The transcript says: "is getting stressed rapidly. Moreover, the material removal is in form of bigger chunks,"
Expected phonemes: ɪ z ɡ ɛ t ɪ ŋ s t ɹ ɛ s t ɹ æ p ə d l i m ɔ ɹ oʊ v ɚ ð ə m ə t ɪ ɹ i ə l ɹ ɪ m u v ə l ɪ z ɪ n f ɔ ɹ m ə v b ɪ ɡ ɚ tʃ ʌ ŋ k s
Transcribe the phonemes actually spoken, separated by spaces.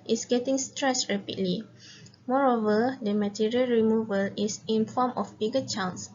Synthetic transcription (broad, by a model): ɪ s ɡ ɛ t ɪ ŋ s t ɹ ɛ s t ɹ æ p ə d l i m ɔ ɹ oʊ v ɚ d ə m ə t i ɹ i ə l ɹ ɪ m u v ə l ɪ s ɪ n f ɔ m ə f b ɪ ɡ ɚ tʃ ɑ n s